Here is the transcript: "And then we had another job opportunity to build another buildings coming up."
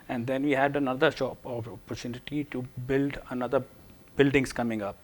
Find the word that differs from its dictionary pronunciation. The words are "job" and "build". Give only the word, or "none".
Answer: job